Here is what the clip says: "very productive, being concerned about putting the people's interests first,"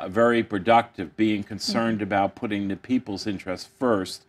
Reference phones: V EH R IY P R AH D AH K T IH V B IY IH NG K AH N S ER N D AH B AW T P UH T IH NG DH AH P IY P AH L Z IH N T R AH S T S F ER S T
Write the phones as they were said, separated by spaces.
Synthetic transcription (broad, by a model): V EH R IY P R AH D AH K T IH V B IY IH NG K AH N S ER N D AH B AW T P UH T IH NG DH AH P IY P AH L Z IH N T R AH S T F ER S T